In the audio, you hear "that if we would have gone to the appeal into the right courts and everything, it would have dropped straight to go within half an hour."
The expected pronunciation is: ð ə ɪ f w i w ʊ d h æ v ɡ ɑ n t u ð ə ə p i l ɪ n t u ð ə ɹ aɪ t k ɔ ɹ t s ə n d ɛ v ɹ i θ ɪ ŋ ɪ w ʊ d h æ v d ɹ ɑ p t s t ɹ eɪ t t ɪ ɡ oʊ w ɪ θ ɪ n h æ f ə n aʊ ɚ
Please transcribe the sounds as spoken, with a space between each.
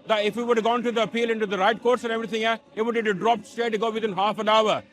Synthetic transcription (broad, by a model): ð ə ɪ f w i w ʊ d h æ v ɡ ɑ n t u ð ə ə p i l ɪ n t u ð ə ɹ aɪ t k ɔ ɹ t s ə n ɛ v ɹ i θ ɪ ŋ ɪ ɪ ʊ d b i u d ɹ ɑ p t s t eɪ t t ɪ ɡ oʊ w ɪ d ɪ n h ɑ f ə n aʊ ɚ